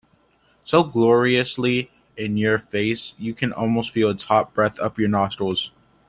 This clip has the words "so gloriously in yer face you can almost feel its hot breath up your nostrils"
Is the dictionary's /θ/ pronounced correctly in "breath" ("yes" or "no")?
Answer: yes